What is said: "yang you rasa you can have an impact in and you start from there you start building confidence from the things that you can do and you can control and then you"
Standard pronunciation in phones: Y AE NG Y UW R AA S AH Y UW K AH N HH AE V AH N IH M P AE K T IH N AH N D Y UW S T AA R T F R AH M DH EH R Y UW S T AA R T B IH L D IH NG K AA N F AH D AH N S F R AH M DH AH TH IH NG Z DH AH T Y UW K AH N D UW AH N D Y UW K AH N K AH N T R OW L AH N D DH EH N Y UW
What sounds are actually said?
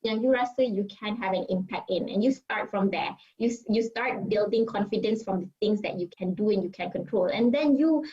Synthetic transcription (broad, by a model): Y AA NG Y UW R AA S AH Y UW K AH N HH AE V AH N IH M P AE K T IH N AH N Y UW S T AA R T F R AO M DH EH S Y UW S T AA R T B IH L D IH NG K AA N F AH D AH N S F R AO M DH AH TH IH NG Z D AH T Y UW K AH N D UW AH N Y UW K AH N K AH N T R OW L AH N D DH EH N Y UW